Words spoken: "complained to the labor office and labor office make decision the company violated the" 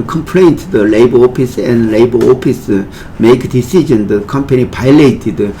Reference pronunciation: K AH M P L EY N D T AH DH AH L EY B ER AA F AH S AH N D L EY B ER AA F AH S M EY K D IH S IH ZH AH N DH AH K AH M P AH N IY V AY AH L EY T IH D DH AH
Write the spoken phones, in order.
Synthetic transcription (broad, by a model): K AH M P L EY N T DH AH L EY B ER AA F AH S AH N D L EY B ER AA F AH S M EY K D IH S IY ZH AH N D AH K AH M P AH N IY P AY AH L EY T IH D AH